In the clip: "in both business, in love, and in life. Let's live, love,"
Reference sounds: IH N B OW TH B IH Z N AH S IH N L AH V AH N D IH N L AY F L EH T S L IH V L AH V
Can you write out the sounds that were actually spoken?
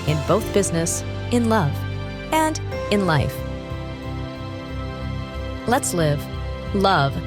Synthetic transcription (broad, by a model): IH N B OW TH B IH Z N AH S IH N L AH V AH N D IH N L AY F L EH T S L IH V L AH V